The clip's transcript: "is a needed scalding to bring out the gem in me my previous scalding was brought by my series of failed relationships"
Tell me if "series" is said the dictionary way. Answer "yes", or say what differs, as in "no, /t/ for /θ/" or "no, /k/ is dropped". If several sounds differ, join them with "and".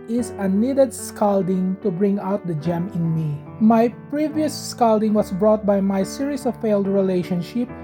no, /s/ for /z/